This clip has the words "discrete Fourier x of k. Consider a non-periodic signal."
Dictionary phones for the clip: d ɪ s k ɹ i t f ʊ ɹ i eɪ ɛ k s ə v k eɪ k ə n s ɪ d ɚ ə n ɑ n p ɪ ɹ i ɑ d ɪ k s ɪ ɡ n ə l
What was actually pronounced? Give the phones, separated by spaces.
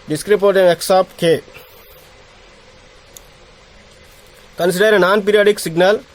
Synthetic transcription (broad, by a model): d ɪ s k ɹ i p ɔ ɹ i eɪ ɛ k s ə p k eɪ k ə n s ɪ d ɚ ə n ɑ n p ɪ ɹ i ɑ d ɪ k s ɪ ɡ n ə l